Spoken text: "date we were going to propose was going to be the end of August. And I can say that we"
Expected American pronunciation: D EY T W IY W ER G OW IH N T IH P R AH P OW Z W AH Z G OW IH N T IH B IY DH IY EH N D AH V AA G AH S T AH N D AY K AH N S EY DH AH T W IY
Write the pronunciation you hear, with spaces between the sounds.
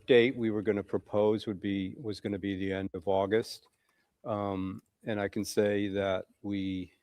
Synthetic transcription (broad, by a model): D EY T W IY W ER G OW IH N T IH P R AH P OW Z W AH Z G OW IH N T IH B IY DH IY EH N D AH V AA G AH S T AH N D AY K N S EY DH AH T W IY